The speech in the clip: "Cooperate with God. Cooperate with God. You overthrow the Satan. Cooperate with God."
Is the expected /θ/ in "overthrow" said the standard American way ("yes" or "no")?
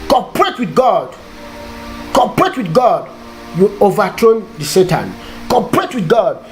no